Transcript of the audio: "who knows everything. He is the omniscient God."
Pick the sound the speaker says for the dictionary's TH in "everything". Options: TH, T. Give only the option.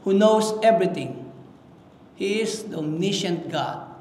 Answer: T